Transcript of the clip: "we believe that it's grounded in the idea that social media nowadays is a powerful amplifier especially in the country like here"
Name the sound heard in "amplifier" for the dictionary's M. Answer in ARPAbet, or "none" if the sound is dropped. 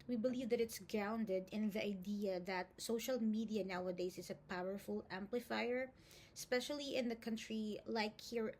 M